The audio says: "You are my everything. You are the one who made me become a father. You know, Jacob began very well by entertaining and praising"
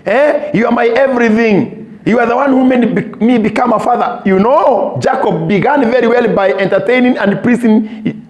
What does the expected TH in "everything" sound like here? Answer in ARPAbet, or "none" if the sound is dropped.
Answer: TH